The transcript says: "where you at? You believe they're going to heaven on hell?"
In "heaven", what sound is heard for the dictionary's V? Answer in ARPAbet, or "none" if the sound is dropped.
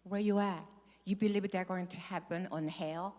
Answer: P